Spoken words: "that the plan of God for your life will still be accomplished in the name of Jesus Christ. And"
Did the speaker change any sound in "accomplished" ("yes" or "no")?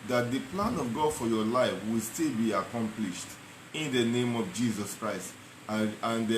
no